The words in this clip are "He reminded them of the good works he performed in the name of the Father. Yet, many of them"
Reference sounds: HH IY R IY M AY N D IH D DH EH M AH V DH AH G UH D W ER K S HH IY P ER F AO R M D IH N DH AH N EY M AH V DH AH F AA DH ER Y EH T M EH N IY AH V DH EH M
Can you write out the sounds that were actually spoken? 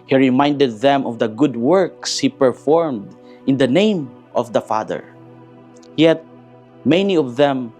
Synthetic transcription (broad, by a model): HH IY R IY M AY N D IH D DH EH M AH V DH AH G UH D W ER K S HH IY P ER F AO R M D IH N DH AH N EY M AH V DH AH F AA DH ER Y EH T M EH N IY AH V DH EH M